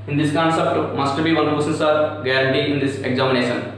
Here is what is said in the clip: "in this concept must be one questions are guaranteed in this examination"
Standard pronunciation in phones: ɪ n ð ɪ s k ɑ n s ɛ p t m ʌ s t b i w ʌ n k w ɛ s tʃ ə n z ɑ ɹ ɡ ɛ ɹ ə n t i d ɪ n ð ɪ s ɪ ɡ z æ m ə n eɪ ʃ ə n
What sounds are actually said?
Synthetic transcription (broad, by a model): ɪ n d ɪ s k ɑ n s ɛ p t m ʌ s t b i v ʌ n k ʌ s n s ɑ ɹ ɡ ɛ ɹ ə n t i ɪ n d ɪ s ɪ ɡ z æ m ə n eɪ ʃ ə n